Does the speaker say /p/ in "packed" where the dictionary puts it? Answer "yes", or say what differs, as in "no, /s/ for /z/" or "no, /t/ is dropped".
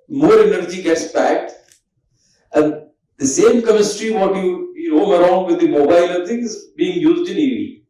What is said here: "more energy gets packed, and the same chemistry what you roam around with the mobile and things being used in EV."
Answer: no, /b/ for /p/